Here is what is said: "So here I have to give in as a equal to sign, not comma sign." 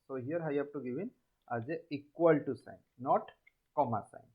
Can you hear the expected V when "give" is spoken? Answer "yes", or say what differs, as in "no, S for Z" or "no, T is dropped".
no, B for V